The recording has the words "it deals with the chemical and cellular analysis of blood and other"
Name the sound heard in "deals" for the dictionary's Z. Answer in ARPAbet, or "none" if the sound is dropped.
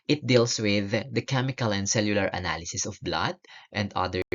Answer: S